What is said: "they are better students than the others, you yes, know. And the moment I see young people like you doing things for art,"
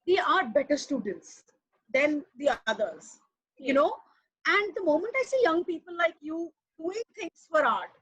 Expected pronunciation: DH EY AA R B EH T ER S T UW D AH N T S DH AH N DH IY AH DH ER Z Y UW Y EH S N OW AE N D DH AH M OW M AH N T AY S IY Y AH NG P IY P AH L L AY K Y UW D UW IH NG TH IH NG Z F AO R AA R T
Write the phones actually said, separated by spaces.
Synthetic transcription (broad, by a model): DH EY AA R B EH T ER S T UW D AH N T S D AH N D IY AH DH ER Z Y Y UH N OW AE N D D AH M OW M AH N T AY S IY Y AH NG P IY P AH L L AY K Y UW D UW IH NG T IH NG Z F AO R AA R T